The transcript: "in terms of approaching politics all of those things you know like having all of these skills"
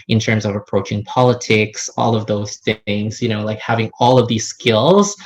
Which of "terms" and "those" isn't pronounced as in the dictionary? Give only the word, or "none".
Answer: none